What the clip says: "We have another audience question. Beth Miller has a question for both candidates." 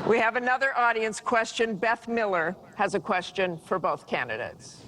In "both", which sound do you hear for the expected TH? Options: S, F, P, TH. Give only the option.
TH